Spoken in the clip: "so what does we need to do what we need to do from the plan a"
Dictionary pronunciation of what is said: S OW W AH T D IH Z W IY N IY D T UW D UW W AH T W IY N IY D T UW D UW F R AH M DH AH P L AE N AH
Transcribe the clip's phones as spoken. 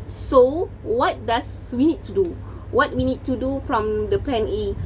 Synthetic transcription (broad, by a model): S OW W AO T D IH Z W IY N IY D T UW D UW W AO T W IY N IY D T UW D UW F R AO M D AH P EH N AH